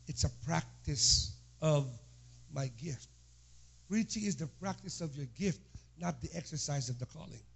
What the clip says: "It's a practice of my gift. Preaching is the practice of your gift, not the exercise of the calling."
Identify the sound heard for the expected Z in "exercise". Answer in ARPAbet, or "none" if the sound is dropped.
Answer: Z